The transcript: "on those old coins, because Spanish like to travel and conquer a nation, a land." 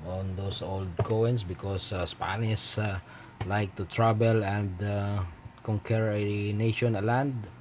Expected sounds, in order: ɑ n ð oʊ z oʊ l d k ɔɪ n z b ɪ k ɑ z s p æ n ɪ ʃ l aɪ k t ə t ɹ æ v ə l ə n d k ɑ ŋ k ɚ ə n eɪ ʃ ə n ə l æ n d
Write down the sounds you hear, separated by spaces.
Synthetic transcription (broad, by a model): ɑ n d oʊ s oʊ l d k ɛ n s b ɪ k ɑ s s p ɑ n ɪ s l aɪ k t ə t ɹ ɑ b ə l ə n d k ɑ ŋ k ɚ n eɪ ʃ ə n ə l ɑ n d